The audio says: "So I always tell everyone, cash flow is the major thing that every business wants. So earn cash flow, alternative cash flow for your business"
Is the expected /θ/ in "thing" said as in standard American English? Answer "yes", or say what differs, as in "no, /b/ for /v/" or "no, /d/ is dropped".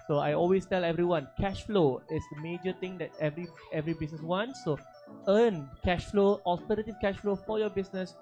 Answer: no, /t/ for /θ/